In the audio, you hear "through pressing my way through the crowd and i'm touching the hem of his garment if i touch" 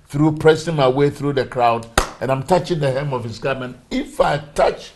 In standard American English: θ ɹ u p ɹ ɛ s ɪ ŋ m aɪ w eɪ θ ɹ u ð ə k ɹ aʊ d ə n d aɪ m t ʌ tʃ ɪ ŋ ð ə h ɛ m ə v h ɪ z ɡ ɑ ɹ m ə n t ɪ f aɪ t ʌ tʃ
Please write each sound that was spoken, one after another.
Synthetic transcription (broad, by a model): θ ɹ u p ɹ ɛ s ɪ ŋ m aɪ w eɪ θ ɹ u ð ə k ɹ aʊ d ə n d aɪ m t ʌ tʃ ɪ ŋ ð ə h ɛ m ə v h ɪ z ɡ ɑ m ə n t ɪ f aɪ t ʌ tʃ